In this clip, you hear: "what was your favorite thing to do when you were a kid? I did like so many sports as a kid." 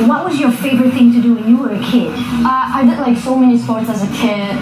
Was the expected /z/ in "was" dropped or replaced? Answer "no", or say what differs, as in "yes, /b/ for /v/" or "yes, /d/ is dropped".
no